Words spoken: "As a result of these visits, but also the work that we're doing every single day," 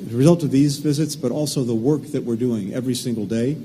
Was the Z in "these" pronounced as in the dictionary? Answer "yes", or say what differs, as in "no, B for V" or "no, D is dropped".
yes